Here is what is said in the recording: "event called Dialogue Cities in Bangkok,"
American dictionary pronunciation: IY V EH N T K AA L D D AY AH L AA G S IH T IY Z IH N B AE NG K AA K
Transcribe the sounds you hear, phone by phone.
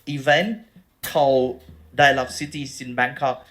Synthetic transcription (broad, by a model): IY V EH N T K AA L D D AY L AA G S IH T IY S IH N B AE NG K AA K